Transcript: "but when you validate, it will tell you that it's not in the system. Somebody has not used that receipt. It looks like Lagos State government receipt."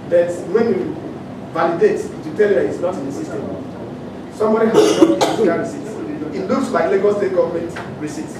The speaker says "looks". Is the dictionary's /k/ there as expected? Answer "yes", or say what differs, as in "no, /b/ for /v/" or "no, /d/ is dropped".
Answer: no, /k/ is dropped